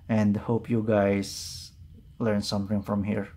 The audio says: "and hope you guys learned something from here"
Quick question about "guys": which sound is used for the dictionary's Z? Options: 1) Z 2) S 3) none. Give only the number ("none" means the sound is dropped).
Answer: 2